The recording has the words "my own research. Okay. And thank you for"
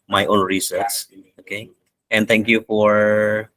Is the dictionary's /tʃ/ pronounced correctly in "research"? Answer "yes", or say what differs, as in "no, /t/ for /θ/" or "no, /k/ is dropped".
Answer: no, /s/ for /tʃ/